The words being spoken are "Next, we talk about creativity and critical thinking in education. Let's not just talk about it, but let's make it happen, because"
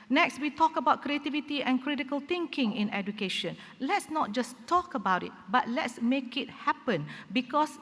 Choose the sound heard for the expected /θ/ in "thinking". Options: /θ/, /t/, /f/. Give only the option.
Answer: /t/